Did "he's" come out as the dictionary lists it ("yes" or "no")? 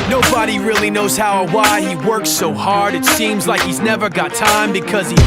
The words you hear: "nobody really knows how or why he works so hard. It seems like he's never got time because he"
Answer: yes